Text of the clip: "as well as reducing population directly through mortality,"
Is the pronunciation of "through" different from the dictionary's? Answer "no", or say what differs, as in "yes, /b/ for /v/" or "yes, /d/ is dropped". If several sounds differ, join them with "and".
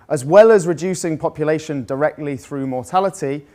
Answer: no